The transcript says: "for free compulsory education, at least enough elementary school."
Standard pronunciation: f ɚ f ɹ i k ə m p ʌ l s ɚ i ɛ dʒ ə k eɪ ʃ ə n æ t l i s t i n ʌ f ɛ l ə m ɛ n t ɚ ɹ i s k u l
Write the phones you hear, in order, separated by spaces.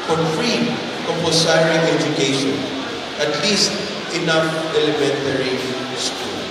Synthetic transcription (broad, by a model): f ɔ f ɹ i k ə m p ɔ s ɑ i ɛ dʒ ə k eɪ ʃ ə n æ t l i s t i n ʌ f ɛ l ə m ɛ n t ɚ ɹ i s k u